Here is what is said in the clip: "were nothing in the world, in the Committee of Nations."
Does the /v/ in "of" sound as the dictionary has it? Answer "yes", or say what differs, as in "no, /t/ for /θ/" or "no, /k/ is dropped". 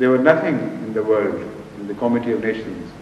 yes